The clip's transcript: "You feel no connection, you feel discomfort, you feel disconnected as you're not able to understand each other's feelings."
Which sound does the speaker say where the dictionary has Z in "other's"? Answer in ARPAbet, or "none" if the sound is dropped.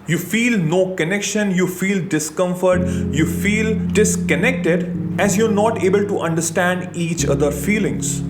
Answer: none